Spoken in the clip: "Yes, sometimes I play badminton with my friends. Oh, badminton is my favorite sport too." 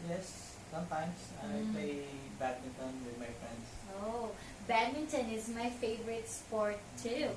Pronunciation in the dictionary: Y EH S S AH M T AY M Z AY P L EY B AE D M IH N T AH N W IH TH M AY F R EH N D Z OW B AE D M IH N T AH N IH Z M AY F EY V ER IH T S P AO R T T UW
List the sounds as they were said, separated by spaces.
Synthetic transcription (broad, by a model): Y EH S S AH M T AY M S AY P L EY B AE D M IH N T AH N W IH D M AY F R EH N D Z OW B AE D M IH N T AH N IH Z M AY F EY V ER IH T S P AO R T T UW